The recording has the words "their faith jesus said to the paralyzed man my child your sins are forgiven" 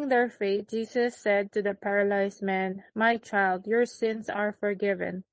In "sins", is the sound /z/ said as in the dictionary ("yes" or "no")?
no